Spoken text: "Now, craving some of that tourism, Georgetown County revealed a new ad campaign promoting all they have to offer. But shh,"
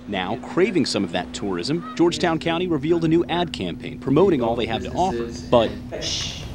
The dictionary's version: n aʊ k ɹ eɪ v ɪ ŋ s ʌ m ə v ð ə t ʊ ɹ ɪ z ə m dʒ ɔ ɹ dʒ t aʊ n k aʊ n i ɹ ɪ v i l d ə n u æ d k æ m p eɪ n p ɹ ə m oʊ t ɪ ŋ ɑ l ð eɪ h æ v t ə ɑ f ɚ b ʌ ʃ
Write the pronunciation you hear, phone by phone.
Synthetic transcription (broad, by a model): n aʊ k ɹ eɪ v ɪ ŋ s ʌ m ə v ð ə t ʊ ɹ ɪ z ə m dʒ ɔ ɹ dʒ t aʊ n k aʊ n i ɹ ɪ v i l d ə n u æ d k æ m p eɪ n p ɹ ə m oʊ t ɪ ŋ ɑ l ð eɪ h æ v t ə ɑ f ɚ b ʌ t